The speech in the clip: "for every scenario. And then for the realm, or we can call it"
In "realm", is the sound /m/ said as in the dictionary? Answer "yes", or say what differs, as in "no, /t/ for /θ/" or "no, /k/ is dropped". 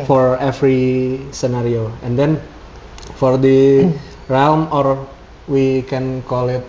yes